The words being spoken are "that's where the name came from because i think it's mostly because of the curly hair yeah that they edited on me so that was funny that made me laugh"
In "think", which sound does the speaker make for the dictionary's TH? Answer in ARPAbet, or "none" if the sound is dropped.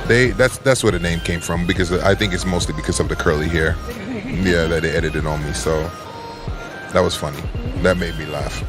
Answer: TH